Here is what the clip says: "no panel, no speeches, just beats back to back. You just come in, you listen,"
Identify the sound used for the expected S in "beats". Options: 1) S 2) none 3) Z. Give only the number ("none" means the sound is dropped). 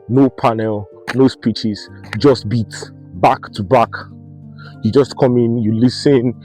2